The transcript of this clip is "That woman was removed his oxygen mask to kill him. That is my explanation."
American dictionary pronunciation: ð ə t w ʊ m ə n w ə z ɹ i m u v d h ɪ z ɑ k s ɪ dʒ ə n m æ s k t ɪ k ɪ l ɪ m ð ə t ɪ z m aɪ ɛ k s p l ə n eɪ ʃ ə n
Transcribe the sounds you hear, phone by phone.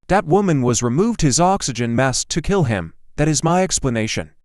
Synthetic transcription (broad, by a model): ð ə t w ʊ m ə n w ə z ɹ i m u v d h ɪ z ɑ k s ɪ dʒ ə n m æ s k t ɪ k ɪ l ɪ m ð ə t ɪ z m aɪ ɛ k s p l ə n eɪ ʃ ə n